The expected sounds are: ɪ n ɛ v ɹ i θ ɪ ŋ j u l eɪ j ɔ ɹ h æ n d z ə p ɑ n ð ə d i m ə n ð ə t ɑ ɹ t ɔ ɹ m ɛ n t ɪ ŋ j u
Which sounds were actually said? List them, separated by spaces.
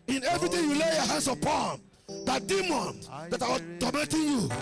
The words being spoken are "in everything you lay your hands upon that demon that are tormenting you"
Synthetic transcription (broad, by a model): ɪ n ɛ v ɹ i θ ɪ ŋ j u l eɪ j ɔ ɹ h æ n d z ə p ɑ n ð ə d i m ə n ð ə t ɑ w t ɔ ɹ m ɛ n t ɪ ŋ j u